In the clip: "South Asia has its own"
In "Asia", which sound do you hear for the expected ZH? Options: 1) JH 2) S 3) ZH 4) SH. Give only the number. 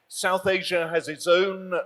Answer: 3